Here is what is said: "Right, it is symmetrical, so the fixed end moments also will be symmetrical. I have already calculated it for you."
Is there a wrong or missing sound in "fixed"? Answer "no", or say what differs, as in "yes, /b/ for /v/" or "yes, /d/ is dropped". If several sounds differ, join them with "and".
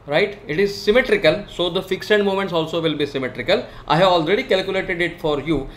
yes, /t/ is dropped